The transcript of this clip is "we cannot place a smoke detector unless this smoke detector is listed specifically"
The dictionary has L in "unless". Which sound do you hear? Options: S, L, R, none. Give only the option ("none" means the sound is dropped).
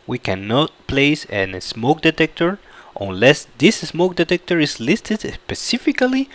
L